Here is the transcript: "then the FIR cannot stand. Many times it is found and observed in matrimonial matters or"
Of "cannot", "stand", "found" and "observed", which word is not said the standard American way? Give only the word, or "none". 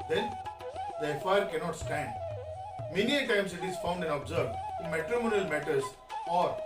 observed